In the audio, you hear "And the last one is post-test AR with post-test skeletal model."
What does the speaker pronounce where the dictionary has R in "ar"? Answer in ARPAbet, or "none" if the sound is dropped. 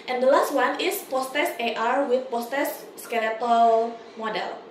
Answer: R